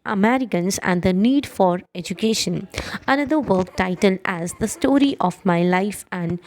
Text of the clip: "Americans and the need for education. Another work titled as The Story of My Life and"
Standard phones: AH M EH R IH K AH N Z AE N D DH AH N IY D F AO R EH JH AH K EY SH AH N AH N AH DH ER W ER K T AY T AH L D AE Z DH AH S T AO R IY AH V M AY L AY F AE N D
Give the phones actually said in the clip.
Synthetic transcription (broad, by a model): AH M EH R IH K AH N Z AE N D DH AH N IY D F AO R EH JH AH K EY SH AH N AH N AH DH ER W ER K T AY T AH L D AE Z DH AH S T AO R IY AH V M AY L AY F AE N D